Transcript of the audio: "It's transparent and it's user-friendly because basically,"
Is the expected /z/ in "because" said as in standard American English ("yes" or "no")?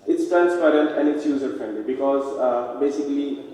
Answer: yes